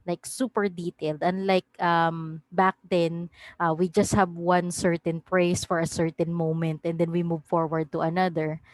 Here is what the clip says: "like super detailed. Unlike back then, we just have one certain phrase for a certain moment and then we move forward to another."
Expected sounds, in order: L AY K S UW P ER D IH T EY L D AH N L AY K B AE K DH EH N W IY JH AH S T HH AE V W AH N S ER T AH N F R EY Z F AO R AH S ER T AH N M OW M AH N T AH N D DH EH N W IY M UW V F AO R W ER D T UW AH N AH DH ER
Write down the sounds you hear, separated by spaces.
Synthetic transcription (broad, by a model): L AY K S UW P ER D IH T EY L D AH N L AY K B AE K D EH N W IY JH AH S T HH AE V W AH N S ER T AH N P R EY S F AO R AH S ER T AH N M OW M AH N T AH N D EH N W IY M UW V F AO R W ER D T UW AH N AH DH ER